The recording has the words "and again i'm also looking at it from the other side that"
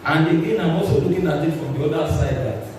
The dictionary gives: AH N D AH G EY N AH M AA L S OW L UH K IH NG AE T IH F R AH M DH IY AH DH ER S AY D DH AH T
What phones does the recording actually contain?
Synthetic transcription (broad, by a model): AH N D AH G EY N AH M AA S OW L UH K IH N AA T IH F R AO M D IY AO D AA S AY D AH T